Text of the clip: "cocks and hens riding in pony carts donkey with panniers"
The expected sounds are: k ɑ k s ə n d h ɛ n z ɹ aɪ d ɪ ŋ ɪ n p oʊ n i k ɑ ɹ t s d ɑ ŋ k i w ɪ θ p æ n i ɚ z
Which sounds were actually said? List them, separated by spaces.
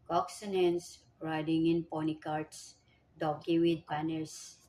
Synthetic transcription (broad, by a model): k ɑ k s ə n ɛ n s ɹ aɪ d ɪ ŋ ɪ n p oʊ n i k ɑ ɹ t s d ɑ k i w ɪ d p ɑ n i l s